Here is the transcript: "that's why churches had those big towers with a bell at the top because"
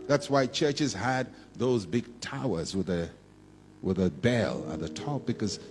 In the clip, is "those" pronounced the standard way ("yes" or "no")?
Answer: yes